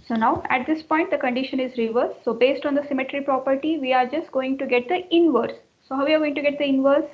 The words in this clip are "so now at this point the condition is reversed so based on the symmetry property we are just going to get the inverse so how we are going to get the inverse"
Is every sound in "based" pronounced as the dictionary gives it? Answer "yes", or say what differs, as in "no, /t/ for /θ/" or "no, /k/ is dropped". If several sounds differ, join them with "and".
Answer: yes